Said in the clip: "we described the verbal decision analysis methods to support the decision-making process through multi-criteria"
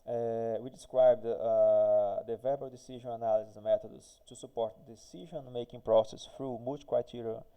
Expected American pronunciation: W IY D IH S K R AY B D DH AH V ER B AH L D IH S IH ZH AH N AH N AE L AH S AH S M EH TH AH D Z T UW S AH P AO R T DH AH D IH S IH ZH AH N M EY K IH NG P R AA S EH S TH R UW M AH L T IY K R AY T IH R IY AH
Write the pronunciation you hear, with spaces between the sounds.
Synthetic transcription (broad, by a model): W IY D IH S K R AY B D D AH V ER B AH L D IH S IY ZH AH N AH N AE L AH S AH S M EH T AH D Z T UW S AH P AO R T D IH S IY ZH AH N M EY K IH NG P R AA S EH S F R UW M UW T K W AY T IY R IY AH